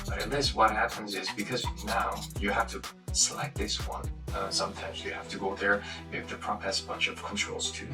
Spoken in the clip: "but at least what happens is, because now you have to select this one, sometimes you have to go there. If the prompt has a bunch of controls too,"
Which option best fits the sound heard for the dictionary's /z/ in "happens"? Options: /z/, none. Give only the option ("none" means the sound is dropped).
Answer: /z/